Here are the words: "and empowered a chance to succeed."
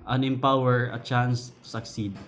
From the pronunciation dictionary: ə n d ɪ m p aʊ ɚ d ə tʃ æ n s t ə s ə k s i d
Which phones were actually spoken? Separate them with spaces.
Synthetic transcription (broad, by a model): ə n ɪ m p aʊ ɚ ə tʃ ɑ n s t ə s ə k s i d